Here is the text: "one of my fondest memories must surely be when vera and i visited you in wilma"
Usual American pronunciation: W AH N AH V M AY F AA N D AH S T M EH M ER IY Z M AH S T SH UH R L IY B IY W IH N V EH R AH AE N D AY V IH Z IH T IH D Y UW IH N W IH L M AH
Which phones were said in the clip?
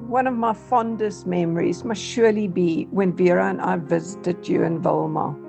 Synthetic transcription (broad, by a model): W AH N AH V M AY F AA N D AH S T M EH M ER IY Z M AH S T SH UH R L IY B IY W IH N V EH R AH N AY V IH Z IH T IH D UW IH N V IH L M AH